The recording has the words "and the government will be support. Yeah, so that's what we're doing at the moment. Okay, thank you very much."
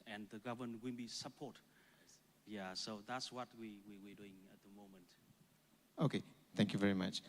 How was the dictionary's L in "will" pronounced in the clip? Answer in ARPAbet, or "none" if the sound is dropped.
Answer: N